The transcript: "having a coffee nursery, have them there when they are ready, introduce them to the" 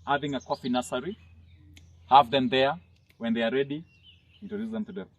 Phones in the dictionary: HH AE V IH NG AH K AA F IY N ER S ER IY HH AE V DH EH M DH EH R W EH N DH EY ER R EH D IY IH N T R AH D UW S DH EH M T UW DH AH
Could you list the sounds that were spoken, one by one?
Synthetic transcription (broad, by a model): HH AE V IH NG AH K AA F IY N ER S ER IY HH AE V DH EH M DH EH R W EH N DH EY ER R EH D IY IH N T AH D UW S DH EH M T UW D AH